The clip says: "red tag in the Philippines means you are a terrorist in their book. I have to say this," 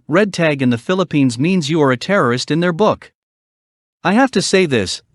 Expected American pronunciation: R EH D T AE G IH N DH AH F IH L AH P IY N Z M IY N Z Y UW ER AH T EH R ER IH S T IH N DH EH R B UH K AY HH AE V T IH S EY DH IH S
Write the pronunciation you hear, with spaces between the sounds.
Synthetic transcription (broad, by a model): R EH D T AE G IH N DH AH F IH L AH P IY N Z M IY N Z Y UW ER AH T EH R ER IH S T IH N DH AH R B UH K AY HH AE F T IH S EY DH IH S